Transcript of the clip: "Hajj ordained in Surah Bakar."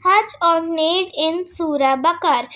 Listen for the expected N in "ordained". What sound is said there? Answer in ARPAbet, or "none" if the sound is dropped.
none